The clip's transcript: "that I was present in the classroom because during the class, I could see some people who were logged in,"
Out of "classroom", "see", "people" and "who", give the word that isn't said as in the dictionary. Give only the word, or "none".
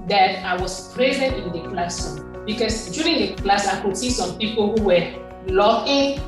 classroom